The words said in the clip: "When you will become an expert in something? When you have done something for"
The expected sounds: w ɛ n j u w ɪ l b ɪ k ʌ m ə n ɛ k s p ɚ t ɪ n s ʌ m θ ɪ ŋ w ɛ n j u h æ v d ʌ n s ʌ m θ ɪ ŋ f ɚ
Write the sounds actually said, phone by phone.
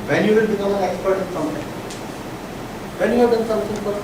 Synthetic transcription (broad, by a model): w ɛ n j u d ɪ n b ɪ k ʌ m ə n ɛ k s p ɚ t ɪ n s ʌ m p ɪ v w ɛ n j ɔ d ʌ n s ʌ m s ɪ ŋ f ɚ